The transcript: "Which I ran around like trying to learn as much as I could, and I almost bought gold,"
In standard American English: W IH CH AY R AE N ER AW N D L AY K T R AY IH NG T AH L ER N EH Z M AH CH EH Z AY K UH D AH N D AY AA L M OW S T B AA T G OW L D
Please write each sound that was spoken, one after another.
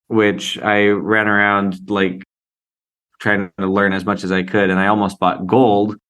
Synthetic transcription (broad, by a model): W IH CH AY R AE N ER AW N D L AY K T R AY IH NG T AH L ER N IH Z M AH CH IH Z AY K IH D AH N AY AA L M OW S T B AA T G OW L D